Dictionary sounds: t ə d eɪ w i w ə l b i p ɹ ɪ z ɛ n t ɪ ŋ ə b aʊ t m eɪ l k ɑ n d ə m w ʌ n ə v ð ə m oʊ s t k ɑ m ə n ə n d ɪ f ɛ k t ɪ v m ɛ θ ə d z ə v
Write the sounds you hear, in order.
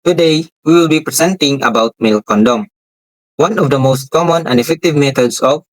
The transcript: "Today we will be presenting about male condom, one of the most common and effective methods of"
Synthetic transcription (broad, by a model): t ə d eɪ w i w ə l b i p ɹ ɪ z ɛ n t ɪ ŋ ə b aʊ t m eɪ l k ɑ n d ə m w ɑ n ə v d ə m oʊ s t k ɑ m ə n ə n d ɪ f ɛ k t ɪ v m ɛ t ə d s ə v